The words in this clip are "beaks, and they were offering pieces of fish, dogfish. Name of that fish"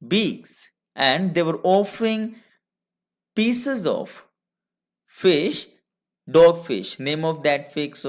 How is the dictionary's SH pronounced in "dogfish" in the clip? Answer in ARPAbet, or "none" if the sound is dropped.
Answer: SH